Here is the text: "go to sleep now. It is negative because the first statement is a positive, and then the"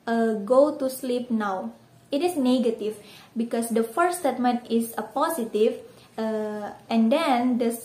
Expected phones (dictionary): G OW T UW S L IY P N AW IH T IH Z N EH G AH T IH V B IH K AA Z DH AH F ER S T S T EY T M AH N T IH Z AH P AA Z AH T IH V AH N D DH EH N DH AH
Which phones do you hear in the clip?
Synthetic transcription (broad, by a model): G OW T UW S L IY P N AW IH T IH S N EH G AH T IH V B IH K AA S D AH F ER T S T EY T M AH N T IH S AH P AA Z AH T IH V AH N D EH N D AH